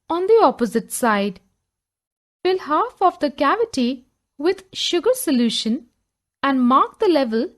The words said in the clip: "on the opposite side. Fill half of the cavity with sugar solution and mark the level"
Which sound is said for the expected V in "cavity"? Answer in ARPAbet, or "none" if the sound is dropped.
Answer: V